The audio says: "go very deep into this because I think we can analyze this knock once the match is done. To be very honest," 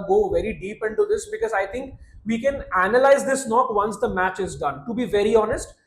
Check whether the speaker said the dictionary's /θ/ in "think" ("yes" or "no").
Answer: no